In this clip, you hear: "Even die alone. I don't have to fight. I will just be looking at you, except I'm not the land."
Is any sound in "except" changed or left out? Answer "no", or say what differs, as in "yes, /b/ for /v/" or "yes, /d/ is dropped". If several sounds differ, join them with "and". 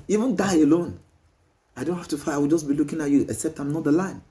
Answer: yes, /k/ is dropped